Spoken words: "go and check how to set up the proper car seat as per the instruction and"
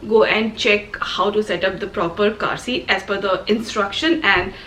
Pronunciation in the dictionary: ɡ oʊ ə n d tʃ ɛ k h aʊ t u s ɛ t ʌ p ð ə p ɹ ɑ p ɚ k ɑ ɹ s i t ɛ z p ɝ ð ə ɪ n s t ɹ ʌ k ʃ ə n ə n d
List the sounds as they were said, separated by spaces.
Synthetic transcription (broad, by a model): ɡ oʊ ə n d tʃ ɛ k h aʊ t u s ɛ t ʌ p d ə p ɹ ɑ p ɚ k ɑ ɹ s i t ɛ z f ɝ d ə ɪ n s t ɹ ʌ k ʃ ə n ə n d